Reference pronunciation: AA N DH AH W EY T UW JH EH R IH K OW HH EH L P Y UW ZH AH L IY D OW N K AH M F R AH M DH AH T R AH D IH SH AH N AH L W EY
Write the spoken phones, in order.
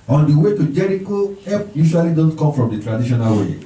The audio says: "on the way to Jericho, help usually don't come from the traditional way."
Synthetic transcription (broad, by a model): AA N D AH W EY T UW JH EH R IH K OW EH P Y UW SH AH L IY D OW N K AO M F R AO M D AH T R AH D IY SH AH N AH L W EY